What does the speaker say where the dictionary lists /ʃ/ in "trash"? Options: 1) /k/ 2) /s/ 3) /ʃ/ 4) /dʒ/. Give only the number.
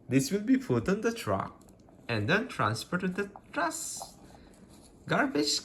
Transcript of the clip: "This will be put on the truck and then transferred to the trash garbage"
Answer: 2